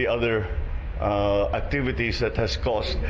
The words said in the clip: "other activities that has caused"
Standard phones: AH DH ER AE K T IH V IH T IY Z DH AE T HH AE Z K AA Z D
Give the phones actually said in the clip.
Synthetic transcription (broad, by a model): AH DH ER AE K T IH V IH T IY S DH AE T HH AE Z K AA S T